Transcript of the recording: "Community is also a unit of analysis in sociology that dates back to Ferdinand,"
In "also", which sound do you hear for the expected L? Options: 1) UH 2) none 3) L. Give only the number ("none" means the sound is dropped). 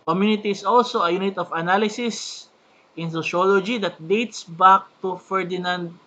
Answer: 3